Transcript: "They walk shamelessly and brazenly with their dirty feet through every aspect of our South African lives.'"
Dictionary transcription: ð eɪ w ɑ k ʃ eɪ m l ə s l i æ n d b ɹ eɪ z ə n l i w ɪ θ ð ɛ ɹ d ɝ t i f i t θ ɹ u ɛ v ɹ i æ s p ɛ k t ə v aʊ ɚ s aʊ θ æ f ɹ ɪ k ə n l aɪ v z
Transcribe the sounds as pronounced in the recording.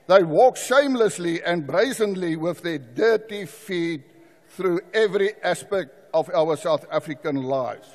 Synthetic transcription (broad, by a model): ð eɪ w ɑ k ʃ eɪ m l ə s l i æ n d b ɹ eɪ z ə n l i w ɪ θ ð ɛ d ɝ t i f i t θ ɹ u ɛ v ɹ i æ s p ɛ k t ə v aʊ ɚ s aʊ θ æ f ɹ ɪ k ə n l aɪ v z